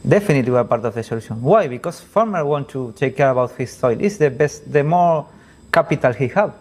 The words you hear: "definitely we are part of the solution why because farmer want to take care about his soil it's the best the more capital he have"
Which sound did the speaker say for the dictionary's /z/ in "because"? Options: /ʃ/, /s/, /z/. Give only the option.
/s/